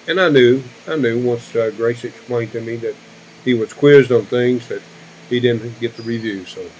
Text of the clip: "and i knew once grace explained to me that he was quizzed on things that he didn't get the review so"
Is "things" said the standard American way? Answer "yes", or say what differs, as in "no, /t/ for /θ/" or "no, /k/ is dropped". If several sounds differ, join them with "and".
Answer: yes